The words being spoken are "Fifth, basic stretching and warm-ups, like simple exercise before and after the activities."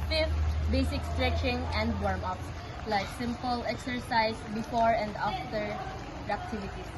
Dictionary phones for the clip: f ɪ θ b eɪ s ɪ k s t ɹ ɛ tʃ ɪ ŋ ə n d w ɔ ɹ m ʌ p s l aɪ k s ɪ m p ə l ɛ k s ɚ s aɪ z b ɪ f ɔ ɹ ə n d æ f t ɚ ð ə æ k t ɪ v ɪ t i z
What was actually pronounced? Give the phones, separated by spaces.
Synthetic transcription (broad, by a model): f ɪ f b eɪ s ɪ k s t ɹ ɛ tʃ ɪ ŋ ə n d w ɔ ɹ m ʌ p s l aɪ k s ɪ m p ə l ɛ k s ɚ s aɪ s b ɪ f ɔ ɹ ə n d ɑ f t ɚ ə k t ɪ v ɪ t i